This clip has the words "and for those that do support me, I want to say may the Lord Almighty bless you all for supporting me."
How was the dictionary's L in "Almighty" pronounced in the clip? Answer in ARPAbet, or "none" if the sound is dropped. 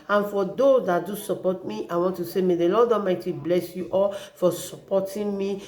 none